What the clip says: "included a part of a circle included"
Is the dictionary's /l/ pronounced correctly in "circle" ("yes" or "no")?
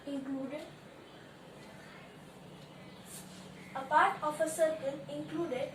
no